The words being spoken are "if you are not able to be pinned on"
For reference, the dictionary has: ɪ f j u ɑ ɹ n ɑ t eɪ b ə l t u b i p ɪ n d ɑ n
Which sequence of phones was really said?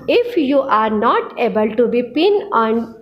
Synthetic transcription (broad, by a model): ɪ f j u ɑ ɹ n ɑ t eɪ b ə l t u b i p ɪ n ɑ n